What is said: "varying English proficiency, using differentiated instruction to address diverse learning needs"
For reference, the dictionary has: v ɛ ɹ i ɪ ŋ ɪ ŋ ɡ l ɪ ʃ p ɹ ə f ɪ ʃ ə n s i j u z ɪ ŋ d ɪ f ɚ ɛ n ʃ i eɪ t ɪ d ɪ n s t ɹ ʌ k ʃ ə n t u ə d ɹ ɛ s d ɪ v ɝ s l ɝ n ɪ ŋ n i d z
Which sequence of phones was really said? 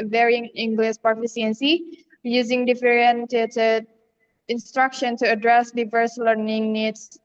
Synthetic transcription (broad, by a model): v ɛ ɹ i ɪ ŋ ɪ ŋ ɡ l ɪ ʃ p ə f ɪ s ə n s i j u z ɪ ŋ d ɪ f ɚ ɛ n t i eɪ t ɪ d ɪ n s t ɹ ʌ k ʃ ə n t u ə d ɹ ɛ s d ɪ v ɝ s l ɝ n ɪ ŋ n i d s